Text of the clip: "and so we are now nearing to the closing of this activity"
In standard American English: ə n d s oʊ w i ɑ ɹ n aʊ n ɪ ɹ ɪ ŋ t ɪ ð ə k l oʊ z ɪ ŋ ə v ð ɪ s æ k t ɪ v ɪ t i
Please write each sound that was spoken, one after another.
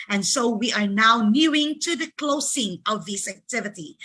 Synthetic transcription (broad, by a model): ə n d s oʊ w i ɑ ɹ n aʊ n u ɪ ŋ t ɪ ð ə k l oʊ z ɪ ŋ ə v ð ɪ s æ k t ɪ v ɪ t i